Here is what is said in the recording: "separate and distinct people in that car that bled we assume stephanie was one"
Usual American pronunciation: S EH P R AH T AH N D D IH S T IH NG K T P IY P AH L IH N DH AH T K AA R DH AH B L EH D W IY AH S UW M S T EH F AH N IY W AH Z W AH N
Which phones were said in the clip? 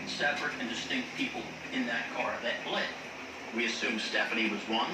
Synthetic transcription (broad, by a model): S EH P R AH T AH N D D IH S T IH NG K T P IY P L IH N DH AH T K AA R DH AH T L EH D W IY AH S UW M S T EH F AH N IY W AH Z W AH N